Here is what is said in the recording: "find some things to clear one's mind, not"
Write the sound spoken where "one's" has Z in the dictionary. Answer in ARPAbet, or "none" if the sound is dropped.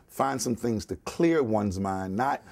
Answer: Z